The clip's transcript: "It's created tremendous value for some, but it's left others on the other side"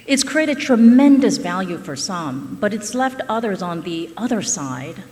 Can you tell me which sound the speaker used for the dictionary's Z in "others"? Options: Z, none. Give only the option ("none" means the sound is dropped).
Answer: Z